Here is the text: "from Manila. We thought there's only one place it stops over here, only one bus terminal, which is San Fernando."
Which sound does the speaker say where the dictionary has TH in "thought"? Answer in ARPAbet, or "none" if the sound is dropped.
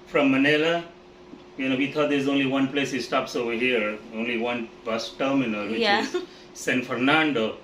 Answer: T